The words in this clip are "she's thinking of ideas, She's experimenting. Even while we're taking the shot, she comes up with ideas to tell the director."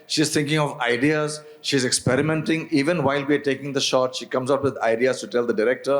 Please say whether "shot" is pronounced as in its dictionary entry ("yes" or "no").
yes